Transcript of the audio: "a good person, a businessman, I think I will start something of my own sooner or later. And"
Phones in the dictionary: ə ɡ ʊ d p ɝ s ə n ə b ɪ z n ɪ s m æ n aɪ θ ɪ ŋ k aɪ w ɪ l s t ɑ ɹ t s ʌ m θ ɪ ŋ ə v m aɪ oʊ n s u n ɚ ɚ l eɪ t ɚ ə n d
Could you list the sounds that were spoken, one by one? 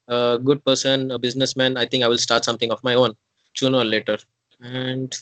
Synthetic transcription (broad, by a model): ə ɡ ʊ d p ɝ s ə n ə b ɪ z n ɪ s m æ n aɪ t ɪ ŋ k aɪ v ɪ l s t ɑ ɹ t s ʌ m t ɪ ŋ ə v m aɪ oʊ n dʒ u n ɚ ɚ l eɪ t ɚ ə n d